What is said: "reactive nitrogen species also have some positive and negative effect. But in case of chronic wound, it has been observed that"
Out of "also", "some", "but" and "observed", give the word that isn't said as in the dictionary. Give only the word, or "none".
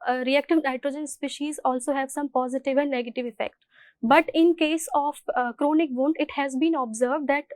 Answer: none